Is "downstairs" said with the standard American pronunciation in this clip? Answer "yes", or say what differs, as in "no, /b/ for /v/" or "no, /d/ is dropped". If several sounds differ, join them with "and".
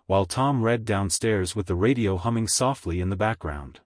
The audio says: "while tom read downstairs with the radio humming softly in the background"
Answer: yes